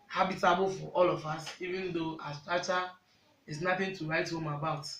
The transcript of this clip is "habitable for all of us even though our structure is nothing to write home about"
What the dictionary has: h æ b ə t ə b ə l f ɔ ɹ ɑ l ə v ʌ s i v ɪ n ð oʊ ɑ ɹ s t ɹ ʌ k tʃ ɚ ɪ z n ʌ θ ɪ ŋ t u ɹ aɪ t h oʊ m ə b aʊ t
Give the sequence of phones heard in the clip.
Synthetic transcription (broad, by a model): h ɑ b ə t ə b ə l f ɔ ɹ ɑ l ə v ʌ s i v ɪ n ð oʊ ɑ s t ɑ tʃ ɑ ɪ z n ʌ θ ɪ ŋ t u ɹ aɪ t h oʊ m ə b aʊ t